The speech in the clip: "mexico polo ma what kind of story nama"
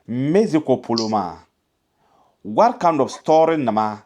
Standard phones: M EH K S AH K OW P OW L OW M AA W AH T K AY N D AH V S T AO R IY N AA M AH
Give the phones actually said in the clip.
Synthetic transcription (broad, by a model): M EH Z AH K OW P OW L OW M AA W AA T K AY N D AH B S T AO R IY N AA M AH